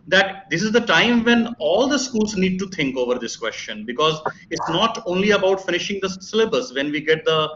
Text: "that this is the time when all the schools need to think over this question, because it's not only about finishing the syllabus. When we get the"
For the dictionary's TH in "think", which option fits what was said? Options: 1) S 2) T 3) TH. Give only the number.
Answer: 2